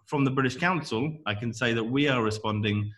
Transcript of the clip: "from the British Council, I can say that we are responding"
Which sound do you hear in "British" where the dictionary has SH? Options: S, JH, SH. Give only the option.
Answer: SH